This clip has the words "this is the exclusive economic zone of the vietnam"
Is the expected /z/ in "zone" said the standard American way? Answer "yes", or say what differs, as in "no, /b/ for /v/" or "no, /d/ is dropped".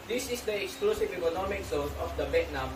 no, /s/ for /z/